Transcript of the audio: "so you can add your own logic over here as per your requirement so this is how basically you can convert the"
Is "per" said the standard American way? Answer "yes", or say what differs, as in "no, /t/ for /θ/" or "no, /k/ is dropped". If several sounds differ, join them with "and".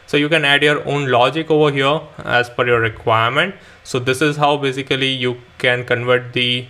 no, /f/ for /p/